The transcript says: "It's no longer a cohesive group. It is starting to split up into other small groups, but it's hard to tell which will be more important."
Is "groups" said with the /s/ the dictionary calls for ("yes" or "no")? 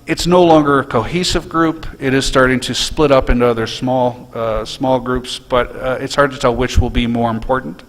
yes